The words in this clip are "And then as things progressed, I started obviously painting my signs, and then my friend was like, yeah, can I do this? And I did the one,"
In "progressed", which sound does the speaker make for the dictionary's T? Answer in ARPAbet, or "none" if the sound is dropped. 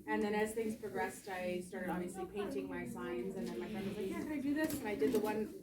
T